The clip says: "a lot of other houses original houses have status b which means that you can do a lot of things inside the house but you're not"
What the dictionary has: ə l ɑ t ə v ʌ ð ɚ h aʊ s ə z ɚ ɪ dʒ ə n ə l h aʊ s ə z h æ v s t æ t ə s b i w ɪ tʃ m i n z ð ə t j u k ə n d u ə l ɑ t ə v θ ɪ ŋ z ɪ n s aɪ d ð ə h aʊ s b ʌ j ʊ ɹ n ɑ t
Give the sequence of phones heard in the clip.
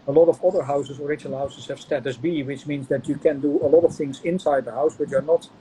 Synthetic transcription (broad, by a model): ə l ɑ t ə v ʌ ð ɚ h aʊ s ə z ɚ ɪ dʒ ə n l h aʊ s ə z h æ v s t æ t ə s b i w ɪ tʃ m i n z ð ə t j u k ə n d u ə l ɑ t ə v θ ɪ ŋ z ɪ n s aɪ d ð ə h aʊ s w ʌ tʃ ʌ ɹ n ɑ t